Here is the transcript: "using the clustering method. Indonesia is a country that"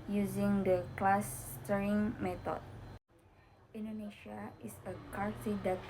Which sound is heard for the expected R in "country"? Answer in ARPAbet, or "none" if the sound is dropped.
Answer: none